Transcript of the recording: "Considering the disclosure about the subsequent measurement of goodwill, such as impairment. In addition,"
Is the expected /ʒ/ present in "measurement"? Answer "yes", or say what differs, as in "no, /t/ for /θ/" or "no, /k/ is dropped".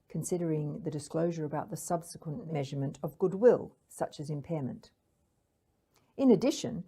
yes